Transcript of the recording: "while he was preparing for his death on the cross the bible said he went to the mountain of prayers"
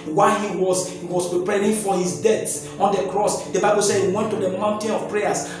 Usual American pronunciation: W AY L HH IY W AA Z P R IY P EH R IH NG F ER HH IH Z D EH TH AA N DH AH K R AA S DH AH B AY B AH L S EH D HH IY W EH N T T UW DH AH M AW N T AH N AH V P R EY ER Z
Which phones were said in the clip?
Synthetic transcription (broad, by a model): W AY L HH IY W AA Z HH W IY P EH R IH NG F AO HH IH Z D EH S AA N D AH K R AA S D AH B AY B AH L S EH D HH IY W EH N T T UW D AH M AW N T AH N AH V P R EY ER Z